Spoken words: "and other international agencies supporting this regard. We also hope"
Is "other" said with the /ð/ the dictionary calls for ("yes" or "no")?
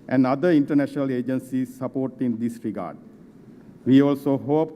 no